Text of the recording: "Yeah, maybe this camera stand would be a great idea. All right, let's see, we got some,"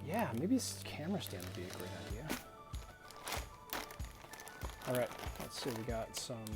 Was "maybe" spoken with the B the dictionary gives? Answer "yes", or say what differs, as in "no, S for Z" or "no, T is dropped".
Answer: no, B is dropped